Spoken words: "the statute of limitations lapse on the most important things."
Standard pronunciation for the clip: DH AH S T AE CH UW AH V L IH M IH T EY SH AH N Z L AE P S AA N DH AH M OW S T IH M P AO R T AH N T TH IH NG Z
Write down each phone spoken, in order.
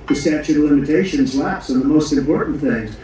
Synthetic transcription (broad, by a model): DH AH S T AE CH UW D L IH M IH T EY SH AH N Z L AE P S N DH AH M OW S T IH M P AO R T N TH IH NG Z